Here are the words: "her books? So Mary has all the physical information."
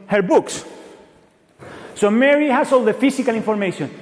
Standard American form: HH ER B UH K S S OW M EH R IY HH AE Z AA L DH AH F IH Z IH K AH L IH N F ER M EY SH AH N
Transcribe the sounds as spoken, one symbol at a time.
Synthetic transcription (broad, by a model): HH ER B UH K S S OW M EH R IY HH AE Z AA L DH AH F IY S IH K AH L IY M F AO M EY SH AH N